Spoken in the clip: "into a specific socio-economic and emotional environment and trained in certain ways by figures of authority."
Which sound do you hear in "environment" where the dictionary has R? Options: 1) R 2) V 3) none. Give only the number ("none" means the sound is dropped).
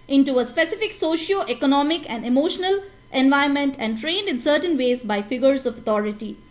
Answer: 3